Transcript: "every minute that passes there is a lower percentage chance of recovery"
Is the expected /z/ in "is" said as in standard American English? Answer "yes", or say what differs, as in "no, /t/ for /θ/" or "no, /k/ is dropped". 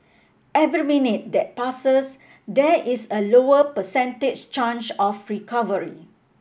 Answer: no, /s/ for /z/